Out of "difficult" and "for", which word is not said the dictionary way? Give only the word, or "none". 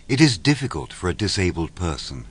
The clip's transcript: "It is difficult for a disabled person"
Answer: none